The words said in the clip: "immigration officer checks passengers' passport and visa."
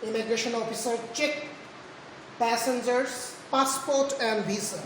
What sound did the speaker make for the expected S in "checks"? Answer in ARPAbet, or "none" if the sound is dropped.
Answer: none